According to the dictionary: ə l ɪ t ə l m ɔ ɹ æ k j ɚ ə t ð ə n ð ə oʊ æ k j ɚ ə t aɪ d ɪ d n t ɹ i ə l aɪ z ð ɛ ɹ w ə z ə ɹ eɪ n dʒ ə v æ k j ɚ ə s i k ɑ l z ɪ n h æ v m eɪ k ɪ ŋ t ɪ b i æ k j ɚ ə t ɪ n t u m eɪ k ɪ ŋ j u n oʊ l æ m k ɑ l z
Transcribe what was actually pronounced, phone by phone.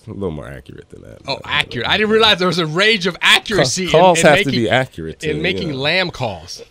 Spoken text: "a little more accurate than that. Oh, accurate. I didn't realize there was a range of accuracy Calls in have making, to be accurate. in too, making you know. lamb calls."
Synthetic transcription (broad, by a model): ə l ɪ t l m ɔ ɹ æ k j ɚ ə t ð ə n ð ə oʊ æ k j ɚ ə t aɪ d ɪ d n t ɹ i ə l aɪ z ð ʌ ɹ w ə z ə ɹ eɪ dʒ ə v æ k j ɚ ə s i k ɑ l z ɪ h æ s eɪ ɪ t ɪ b i æ k j ɚ ə t ɪ n m eɪ k ɪ ŋ l æ m k ɑ l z